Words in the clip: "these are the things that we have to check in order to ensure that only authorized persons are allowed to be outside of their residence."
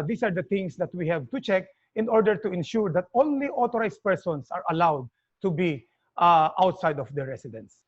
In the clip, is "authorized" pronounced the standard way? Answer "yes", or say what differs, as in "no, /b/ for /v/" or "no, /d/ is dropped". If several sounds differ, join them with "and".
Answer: no, /t/ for /θ/